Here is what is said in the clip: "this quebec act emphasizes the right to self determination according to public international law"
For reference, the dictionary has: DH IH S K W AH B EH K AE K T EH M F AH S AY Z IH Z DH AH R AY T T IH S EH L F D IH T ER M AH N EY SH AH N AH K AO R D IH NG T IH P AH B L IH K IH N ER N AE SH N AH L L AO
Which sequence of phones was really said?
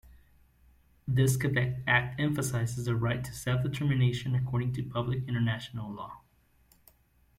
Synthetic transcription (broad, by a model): DH IH S K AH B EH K AE K T EH M F AH S AY Z IH Z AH R AY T T IH S EH L F D IH T ER M AH N EY SH AH N AH K AO R D IH NG T IH P AH B L IH K IH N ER N AE SH N L L AO